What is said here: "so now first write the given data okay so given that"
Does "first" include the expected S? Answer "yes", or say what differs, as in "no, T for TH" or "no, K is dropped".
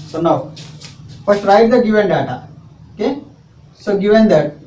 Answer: no, S is dropped